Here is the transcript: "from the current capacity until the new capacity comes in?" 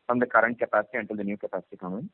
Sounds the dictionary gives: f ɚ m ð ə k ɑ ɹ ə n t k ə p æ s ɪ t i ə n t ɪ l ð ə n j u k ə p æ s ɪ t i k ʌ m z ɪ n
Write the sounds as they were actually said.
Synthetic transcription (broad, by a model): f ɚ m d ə k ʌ ɹ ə n t k ə p æ s ɪ t i ə n t ɪ l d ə n j u k ə p æ s ɪ t i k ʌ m ɪ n